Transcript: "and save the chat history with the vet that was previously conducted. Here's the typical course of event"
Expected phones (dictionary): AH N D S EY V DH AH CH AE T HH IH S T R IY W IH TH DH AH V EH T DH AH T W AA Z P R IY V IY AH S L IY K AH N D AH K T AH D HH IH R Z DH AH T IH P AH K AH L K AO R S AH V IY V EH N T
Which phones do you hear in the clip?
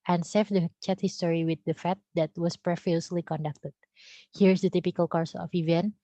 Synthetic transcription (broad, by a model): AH N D S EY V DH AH CH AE T HH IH S T R IY W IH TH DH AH F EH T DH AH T W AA S P R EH F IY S L IY K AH N D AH K T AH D HH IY R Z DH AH T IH P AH K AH L K AO R S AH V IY V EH N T